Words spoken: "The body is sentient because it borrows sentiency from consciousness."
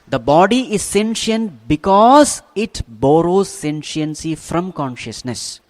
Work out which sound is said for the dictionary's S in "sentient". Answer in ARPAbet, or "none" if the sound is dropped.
S